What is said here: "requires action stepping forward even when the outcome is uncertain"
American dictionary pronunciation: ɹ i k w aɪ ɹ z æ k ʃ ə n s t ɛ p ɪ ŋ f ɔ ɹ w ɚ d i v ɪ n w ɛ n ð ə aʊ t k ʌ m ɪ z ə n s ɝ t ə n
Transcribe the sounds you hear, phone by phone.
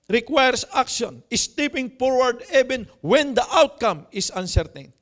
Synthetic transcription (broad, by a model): ɹ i k w aɪ ɹ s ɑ k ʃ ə n s t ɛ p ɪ ŋ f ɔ ɹ w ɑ d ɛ b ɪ n w ɛ n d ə aʊ t k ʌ m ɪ s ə n s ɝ t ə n